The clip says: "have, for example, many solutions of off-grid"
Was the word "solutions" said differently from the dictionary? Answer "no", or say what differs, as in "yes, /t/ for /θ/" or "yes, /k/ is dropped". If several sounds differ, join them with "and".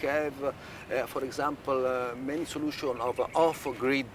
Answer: yes, /z/ is dropped